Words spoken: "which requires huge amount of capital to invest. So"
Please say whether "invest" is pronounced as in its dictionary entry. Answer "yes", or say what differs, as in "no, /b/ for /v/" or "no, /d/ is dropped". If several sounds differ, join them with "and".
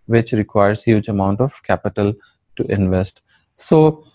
yes